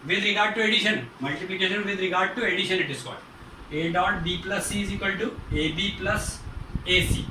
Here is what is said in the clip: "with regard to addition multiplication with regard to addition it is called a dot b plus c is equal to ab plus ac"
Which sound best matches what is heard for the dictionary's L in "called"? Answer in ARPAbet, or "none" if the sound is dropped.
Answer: none